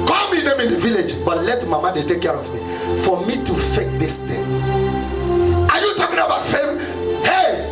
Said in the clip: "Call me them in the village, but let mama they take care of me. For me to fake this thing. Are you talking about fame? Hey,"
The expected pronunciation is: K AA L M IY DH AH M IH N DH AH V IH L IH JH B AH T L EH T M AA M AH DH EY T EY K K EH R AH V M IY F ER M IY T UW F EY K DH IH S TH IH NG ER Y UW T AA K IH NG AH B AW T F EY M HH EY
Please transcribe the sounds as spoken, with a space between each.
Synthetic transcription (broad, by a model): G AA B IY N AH M IH N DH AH V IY L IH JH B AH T L EH T M AA M AH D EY T EY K K EH R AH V M IY F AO M IY T UW F EY K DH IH S T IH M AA Y UW T AA K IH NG AH B AW T F EY M HH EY